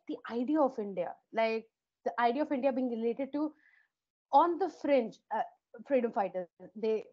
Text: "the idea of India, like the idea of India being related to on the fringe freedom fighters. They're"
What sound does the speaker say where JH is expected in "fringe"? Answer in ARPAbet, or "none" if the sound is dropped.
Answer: CH